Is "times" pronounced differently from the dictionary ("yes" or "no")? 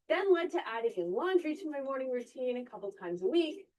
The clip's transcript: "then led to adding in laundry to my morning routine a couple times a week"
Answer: no